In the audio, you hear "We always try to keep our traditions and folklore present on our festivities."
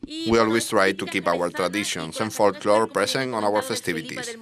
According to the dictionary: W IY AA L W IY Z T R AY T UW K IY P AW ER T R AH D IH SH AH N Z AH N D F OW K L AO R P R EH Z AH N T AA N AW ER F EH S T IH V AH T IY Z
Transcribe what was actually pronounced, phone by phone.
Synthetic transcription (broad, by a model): W IY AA L W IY S T R AY T UW K IY P AW ER T R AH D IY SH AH N S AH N F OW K L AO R P R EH S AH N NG AA N AW ER F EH S T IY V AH T IY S